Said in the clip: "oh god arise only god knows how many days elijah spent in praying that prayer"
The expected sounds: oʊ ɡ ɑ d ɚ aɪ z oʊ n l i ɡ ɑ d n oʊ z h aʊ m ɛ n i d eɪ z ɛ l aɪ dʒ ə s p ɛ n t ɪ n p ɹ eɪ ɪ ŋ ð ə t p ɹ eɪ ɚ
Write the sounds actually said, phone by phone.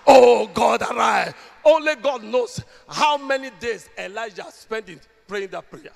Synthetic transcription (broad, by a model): oʊ ɡ ɑ d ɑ aɪ oʊ n l i ɡ ɑ d n oʊ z h aʊ m ɛ n i d eɪ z ɛ l aɪ dʒ ə s p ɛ n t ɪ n p ɹ eɪ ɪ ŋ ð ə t p ɹ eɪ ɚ